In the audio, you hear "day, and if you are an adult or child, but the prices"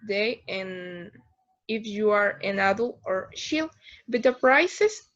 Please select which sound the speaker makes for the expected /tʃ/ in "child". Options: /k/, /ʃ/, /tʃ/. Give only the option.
/ʃ/